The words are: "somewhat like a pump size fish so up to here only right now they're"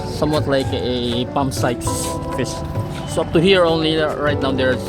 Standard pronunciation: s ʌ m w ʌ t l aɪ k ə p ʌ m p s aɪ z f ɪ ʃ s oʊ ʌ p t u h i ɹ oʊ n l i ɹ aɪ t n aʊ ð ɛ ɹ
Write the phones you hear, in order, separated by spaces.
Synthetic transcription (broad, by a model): s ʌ m w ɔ t l aɪ k ə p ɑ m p s aɪ s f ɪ s s oʊ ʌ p t u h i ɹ oʊ n l i ɹ aɪ t n aʊ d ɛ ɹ